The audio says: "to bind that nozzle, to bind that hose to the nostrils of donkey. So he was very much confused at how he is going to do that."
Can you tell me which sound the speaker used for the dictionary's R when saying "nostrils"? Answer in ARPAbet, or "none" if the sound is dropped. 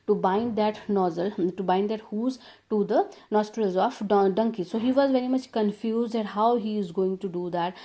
R